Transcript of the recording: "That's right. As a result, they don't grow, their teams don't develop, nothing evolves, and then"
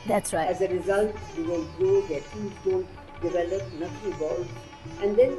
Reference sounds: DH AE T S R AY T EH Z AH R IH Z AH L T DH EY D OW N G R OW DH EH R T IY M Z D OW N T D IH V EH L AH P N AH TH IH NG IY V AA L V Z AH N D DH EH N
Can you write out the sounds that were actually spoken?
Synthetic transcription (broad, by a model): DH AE T S R AY EH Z AH R IH Z AH L T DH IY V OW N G OW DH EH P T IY Z D OW N T D IH V EH L AH P N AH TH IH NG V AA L Z AH N D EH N